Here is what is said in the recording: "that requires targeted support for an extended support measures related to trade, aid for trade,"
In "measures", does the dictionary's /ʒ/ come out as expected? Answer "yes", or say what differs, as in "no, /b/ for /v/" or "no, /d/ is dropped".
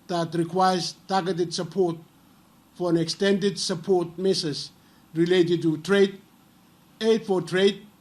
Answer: no, /s/ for /ʒ/